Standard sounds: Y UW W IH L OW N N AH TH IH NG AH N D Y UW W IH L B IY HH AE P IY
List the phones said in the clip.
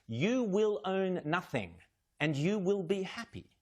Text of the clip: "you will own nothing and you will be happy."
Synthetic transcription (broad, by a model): Y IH W IH L OW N N AH TH IH NG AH N Y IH W IH L B IY HH AE P IY